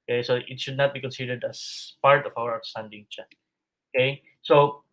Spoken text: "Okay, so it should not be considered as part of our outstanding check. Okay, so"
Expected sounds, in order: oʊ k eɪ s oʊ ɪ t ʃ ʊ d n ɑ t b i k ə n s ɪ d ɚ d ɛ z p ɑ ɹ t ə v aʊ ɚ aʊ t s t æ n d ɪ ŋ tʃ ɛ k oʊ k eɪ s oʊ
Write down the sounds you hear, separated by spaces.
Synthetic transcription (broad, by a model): k eɪ s oʊ ɪ t ʃ ʊ d n ɑ t b i k ə n s ɪ d ɚ d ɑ s p ɑ ɹ t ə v aʊ ɚ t s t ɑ n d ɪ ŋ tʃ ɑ oʊ k eɪ s oʊ